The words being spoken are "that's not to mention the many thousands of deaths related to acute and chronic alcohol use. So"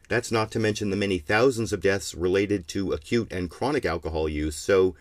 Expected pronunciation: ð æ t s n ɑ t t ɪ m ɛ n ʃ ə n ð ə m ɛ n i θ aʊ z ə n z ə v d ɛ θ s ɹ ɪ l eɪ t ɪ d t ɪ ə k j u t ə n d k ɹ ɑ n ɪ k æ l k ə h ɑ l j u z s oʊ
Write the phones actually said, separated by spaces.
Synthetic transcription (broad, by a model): ð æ t s n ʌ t t ɪ m ɛ n ʃ ə n ð ə m ɛ n i θ aʊ z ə n z ə v d ɛ θ s ɹ ɪ l eɪ t ɪ d t ɪ ə k j u t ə n k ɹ ɑ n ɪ k æ l k ə h ɑ l j u z s oʊ